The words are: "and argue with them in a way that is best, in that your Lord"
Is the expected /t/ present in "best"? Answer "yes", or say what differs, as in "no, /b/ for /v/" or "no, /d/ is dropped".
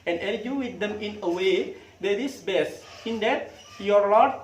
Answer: no, /t/ is dropped